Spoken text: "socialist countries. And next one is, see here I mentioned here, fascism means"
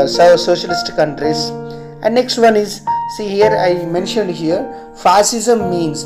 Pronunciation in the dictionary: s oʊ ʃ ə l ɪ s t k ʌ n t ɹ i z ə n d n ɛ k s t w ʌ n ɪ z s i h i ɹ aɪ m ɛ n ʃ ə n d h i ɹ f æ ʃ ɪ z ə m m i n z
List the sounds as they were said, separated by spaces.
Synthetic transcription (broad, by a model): s oʊ ʃ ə l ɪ s t k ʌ n t ɹ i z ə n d n ɛ k s t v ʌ n ɪ z s i h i ɹ aɪ m ɛ n ʃ ə n d h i ɹ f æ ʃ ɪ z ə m m i n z